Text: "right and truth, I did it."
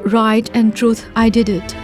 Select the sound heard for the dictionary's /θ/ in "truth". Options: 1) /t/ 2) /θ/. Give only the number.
1